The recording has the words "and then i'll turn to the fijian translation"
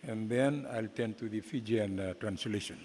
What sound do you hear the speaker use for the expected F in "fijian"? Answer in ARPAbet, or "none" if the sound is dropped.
F